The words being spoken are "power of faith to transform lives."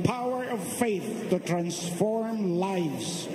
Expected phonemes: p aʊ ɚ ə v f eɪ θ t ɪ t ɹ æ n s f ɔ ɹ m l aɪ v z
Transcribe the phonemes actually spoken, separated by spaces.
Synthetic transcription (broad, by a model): p aʊ ɚ ə v f eɪ θ t ɪ t ɹ æ n s f ɔ ɹ m l aɪ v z